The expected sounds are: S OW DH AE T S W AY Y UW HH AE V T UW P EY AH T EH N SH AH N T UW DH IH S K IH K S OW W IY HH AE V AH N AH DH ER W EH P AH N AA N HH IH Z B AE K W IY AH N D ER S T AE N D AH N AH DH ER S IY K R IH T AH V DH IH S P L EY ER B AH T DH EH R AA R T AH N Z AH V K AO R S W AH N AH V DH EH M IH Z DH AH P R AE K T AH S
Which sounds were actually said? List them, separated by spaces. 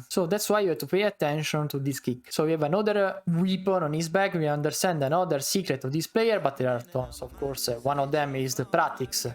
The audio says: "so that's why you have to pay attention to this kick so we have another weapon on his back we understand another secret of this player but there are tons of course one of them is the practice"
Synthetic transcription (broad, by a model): S OW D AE T S W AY Y UW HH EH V T UW P EY AH T EH N SH AH N T UW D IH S K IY K S OW W IY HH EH V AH N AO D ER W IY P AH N AA N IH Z B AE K W IY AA N D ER S T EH N D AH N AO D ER S IY K R IH T AH V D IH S P L EY ER B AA T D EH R AA R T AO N S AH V K AO R S W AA N AH V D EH M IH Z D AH P R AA T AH S